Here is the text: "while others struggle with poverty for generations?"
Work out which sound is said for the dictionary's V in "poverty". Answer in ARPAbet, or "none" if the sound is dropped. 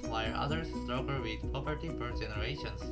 P